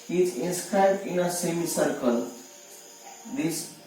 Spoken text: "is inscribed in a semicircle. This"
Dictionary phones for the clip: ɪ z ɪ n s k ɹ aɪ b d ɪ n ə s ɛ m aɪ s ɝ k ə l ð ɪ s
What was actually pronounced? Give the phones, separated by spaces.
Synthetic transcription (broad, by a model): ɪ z ɪ n s k ɹ aɪ b d ɪ n ə s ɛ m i s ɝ k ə l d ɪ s